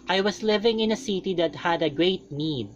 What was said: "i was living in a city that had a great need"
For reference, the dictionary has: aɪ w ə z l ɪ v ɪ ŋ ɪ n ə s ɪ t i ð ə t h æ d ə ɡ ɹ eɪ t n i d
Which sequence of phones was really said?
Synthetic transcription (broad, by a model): aɪ w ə s l ɪ v ɪ ŋ ɪ n ə s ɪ t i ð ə t h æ d ə ɡ ɹ eɪ t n i d